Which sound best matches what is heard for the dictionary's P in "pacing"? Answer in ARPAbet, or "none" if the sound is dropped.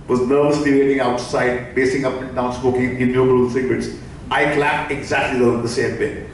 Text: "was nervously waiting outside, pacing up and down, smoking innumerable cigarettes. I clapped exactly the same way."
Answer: B